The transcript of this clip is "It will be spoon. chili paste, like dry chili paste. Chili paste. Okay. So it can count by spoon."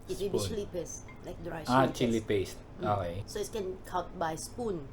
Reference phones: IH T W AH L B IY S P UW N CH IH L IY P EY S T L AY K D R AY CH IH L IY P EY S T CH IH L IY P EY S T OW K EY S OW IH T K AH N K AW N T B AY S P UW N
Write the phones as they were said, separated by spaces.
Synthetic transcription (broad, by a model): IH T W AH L B IY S L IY P EY S T L AY K D R AY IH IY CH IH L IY P EY S T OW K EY S OW IH T K AH N K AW T B AY S P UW N